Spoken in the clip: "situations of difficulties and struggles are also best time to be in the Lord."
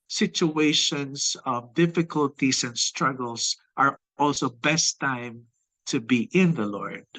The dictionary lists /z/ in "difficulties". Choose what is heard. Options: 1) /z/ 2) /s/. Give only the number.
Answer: 2